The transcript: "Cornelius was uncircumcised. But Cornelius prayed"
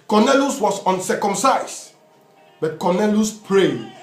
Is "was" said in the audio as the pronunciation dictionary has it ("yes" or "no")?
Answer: no